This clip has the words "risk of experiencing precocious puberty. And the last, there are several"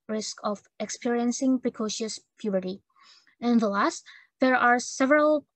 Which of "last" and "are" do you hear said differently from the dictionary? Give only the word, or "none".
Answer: none